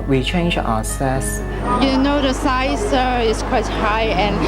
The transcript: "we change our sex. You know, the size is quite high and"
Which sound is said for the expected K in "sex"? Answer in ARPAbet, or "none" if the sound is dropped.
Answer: none